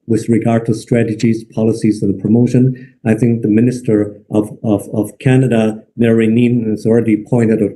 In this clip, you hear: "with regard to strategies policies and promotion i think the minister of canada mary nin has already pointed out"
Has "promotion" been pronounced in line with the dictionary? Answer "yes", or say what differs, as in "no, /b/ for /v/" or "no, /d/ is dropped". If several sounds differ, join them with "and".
yes